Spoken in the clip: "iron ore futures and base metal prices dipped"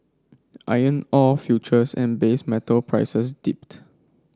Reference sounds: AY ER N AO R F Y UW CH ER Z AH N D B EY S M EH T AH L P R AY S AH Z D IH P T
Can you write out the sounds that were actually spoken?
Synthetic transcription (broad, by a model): AY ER N AO L F Y UW CH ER S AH N B EY S M EH T AH L P R AY S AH S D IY P T